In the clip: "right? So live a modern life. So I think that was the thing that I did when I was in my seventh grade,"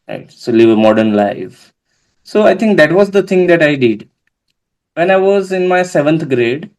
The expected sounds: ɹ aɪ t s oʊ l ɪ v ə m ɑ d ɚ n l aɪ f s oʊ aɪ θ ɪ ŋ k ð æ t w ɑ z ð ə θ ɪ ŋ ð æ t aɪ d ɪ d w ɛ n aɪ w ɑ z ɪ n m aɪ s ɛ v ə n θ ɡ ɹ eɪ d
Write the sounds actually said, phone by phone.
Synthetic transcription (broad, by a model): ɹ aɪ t s oʊ l ɪ v ə m ɑ d ɚ n l aɪ f s oʊ aɪ t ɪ ŋ k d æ t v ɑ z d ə t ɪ ŋ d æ t aɪ d ɪ d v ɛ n aɪ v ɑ z ɪ n m aɪ s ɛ v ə n t ɡ ɹ eɪ d